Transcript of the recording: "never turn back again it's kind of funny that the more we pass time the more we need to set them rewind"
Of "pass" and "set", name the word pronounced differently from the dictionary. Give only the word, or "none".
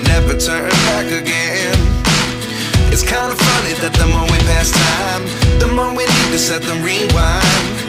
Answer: none